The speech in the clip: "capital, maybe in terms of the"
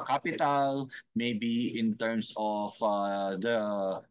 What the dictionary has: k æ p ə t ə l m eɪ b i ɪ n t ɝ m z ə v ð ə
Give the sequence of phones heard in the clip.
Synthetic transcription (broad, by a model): k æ p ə t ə l m eɪ b i ɪ n t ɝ m s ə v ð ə